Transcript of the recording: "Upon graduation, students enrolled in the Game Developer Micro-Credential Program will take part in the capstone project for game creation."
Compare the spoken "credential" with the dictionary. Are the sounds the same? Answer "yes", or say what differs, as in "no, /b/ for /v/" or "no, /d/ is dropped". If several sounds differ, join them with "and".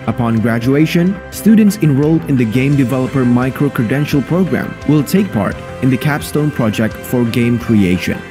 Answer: yes